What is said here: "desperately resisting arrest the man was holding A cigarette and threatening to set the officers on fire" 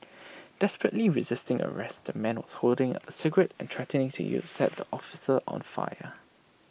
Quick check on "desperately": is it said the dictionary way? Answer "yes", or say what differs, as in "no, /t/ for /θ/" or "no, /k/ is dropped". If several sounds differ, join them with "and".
yes